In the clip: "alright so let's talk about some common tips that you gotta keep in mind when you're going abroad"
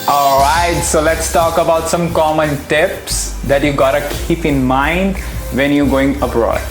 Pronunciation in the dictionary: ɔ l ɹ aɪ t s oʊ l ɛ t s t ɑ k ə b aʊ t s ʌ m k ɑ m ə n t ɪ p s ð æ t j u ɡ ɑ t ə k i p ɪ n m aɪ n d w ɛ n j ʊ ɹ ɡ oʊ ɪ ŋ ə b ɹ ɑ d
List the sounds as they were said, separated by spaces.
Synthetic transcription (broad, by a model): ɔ l ɹ aɪ t s oʊ l ɛ t s t ɑ k ə b aʊ t s ʌ m k ɑ m ə n t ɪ p s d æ t j u ɡ ɑ t ə k i p ɪ n m aɪ n d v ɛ n j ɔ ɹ ɡ oʊ ɪ ŋ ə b ɹ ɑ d